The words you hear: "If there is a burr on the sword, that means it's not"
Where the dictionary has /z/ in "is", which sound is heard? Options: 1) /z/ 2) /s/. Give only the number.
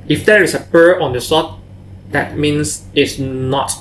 2